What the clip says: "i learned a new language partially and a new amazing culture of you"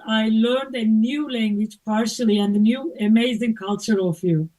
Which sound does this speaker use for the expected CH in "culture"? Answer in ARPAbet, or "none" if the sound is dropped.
CH